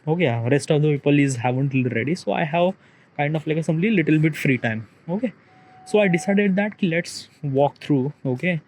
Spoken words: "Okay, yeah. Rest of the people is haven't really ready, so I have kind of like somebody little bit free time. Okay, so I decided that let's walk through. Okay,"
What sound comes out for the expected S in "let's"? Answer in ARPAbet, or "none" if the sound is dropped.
S